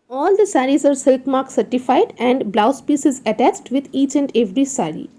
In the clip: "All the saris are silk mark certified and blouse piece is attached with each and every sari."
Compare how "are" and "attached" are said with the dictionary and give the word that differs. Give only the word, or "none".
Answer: none